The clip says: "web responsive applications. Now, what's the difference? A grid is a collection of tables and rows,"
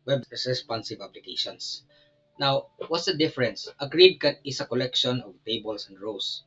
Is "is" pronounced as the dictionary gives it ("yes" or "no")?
no